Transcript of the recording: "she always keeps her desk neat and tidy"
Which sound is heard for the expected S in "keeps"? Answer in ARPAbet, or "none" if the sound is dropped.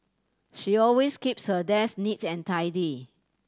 S